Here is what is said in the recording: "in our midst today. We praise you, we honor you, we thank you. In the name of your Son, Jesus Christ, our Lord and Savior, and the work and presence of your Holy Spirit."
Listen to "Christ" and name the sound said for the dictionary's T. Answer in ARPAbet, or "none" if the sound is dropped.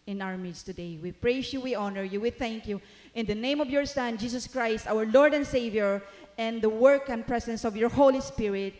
T